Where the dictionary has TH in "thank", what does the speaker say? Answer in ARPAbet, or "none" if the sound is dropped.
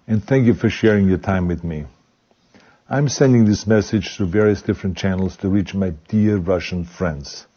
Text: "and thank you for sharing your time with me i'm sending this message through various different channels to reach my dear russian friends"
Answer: TH